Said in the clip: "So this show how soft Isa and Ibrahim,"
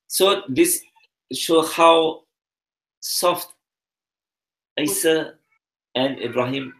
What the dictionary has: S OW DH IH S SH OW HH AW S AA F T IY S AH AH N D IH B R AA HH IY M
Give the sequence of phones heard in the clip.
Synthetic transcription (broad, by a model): S OW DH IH S SH OW HH AW S AA F T IY S AH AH N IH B R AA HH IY M